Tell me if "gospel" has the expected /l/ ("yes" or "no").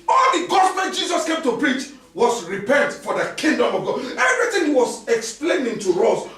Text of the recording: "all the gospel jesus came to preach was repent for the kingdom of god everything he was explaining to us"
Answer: no